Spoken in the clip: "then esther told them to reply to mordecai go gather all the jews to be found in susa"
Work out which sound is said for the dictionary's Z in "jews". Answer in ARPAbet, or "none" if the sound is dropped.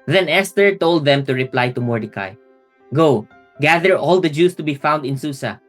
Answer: S